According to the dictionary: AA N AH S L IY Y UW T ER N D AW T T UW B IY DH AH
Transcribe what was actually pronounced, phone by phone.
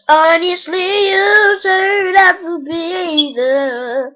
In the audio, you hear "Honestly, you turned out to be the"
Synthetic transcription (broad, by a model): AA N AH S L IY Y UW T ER D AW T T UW B IY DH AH